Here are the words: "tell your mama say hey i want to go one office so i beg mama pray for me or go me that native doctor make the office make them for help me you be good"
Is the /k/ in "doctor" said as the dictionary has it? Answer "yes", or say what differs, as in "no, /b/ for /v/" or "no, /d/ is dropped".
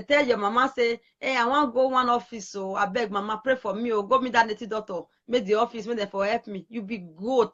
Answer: no, /k/ is dropped